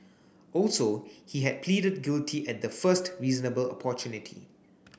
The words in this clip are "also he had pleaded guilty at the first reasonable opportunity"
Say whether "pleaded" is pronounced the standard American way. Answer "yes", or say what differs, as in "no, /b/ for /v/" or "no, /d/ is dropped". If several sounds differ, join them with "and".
yes